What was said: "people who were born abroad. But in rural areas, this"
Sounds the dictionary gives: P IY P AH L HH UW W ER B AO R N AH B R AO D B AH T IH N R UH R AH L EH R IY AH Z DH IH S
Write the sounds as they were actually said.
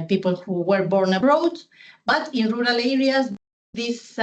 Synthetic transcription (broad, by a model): P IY P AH L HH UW W ER B AO R N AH R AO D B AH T IH N R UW R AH L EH R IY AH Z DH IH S